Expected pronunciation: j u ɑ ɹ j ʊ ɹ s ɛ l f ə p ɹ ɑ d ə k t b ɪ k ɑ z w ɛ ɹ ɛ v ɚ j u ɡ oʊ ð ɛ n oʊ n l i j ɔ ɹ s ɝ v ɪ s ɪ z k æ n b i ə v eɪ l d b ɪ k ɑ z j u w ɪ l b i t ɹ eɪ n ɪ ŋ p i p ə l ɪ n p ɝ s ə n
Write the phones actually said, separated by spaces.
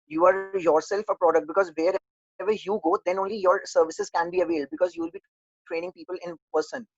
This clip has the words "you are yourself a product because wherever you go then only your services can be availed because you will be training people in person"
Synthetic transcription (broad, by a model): j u ɑ ɹ j ʊ ɹ s ɛ l f ə p ɹ ɑ d ə k t b ɪ k ɑ z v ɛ ɹ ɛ v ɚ j u ɡ oʊ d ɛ n oʊ n l i j ɔ ɹ s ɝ v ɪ s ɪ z k æ n b i ə v eɪ l d b ɪ k ɑ z j u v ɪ l b i t ɹ eɪ n ɪ ŋ p i p ə l ɪ n p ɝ s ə n